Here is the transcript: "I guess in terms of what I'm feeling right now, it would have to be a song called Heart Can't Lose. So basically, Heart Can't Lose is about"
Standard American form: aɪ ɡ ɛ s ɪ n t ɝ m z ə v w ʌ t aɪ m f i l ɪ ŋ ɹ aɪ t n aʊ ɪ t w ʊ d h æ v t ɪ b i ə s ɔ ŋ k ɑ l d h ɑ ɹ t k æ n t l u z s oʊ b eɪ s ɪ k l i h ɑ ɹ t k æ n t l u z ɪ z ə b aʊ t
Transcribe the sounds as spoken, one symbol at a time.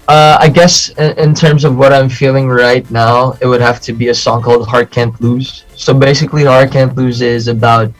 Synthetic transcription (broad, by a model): aɪ ɡ ɛ s ɪ n t ɝ m z ə v w ʌ t aɪ m f i l ɪ ŋ ɹ aɪ t n aʊ ɪ t w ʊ d h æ f t ɪ b i ə s ɔ ŋ k ɑ l d h ɑ ɹ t k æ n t l u z s oʊ b eɪ s ɪ k l i h ɑ ɹ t k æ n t l u z ɪ z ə b aʊ t